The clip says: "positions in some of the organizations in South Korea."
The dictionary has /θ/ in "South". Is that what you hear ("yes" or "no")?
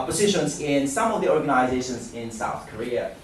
yes